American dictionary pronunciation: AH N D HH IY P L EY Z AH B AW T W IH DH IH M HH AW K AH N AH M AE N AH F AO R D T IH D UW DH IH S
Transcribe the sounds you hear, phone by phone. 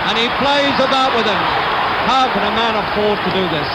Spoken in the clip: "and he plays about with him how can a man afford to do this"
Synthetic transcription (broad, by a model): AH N IY P L EY Z AH B AW T W IH DH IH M HH AW K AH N AH M AE N AH F AO R D T IH D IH DH IH S